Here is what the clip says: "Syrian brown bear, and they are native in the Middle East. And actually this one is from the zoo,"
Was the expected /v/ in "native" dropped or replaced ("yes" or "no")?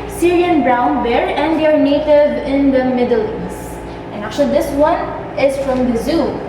no